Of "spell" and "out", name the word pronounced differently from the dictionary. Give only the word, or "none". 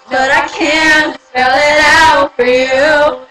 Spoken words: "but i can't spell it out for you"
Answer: spell